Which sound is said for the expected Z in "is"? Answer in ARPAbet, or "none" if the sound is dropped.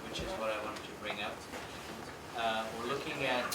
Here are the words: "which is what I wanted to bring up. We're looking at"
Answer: Z